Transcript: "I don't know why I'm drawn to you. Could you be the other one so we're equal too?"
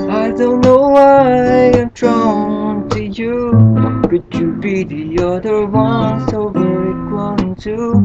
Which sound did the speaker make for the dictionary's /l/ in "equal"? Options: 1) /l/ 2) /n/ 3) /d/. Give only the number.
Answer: 2